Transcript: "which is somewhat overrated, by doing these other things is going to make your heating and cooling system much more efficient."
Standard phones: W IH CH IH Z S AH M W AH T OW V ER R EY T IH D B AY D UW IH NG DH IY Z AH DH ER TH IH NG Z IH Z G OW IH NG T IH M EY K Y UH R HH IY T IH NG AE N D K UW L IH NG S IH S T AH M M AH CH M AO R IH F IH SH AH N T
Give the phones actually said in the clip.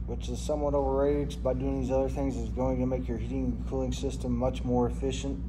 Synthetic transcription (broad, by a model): W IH CH IH Z S AH M W AH T OW V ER R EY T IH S B AY D UW IH NG DH IY Z AH DH ER TH IH NG Z IH Z G OW IH NG T IH M EY K Y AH R HH IY T IH NG K UW L IH NG S IH S T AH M M AH CH M AO R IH F IH SH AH N T